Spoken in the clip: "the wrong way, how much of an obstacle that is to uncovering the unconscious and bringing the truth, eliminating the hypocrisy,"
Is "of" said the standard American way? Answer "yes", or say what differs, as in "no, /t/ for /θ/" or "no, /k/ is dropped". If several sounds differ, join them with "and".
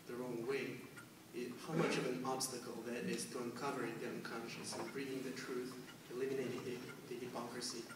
yes